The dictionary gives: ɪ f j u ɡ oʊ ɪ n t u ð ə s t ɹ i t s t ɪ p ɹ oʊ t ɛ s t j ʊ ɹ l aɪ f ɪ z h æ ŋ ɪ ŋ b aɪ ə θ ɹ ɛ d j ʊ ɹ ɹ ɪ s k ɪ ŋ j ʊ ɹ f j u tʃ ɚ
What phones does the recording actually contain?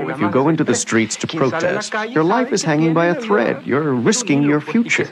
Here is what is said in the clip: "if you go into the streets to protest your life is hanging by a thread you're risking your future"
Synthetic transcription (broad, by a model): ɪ f j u ɡ oʊ ɪ n t u ð ə s t ɹ i t s t ɪ p ɹ oʊ t ɛ s t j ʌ ɹ l aɪ f ɪ z h æ ŋ ɪ ŋ b aɪ ə θ ɹ ɛ d j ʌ ɹ ɹ ɪ s k ɪ ŋ j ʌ ɹ f j u tʃ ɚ